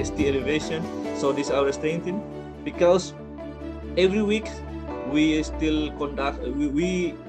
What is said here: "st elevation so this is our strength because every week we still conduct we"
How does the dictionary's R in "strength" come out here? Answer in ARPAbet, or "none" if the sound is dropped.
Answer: none